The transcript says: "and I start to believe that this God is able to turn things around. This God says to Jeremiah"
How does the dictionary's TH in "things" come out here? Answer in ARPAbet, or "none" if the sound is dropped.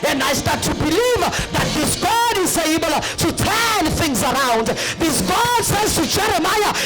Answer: TH